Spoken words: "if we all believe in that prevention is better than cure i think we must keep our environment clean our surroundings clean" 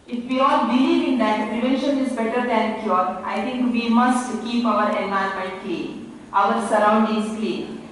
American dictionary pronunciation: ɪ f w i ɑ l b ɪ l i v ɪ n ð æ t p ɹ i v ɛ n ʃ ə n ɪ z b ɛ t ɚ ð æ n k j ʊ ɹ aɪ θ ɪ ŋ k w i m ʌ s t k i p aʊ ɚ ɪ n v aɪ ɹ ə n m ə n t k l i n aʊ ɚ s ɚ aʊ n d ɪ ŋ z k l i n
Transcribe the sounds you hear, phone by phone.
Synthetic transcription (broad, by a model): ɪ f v i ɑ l b ɪ l i v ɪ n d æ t p ɹ i v ɛ n ʃ ə n ɪ z b ɛ t ɚ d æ n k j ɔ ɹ aɪ t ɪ ŋ k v i m ʌ s t k i p aʊ ɚ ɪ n aɪ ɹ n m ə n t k l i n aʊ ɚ s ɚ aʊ n d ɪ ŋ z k l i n